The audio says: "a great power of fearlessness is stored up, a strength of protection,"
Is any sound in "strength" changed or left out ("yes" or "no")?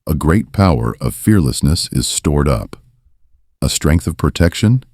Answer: no